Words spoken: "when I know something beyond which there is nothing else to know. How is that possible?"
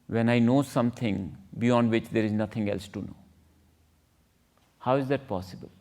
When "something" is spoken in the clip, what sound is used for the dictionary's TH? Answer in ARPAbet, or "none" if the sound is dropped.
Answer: T